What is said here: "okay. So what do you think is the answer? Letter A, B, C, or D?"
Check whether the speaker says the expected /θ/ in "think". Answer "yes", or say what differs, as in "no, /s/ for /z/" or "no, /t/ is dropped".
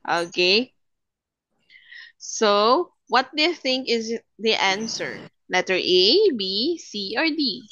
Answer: yes